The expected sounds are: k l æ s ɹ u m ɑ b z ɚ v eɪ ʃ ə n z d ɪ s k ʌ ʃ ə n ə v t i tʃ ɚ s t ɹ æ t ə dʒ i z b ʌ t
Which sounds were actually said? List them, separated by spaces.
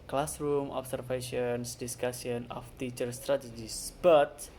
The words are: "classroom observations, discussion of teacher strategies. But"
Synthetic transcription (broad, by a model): k l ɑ s ɹ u m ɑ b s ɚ f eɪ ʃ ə n s d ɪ s k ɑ s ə n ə f t i tʃ ɚ s t ɹ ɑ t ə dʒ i s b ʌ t